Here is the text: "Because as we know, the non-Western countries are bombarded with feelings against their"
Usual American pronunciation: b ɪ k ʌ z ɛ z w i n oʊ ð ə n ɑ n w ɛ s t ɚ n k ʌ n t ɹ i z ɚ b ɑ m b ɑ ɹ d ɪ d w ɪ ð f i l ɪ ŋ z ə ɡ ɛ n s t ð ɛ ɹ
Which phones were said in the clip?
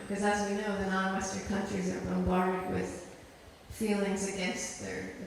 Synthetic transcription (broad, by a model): k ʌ z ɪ z w i n oʊ ð ə n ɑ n w ɛ s t ɚ n k ʌ n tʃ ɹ i z ɚ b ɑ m b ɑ ɹ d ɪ d w ɪ ð f i l ɪ ŋ z ə ɡ ɛ n s t ð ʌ ɹ